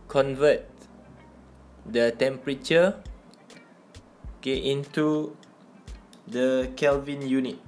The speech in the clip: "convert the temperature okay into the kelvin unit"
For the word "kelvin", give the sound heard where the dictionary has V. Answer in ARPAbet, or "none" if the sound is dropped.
V